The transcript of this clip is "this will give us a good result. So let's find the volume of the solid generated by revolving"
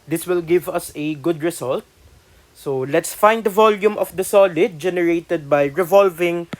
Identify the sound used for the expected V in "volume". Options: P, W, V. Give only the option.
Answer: V